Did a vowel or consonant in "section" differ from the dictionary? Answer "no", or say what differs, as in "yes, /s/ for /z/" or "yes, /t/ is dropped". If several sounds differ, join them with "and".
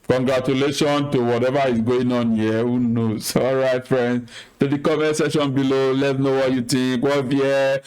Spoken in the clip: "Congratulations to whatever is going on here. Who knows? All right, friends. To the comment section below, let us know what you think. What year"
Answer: yes, /k/ is dropped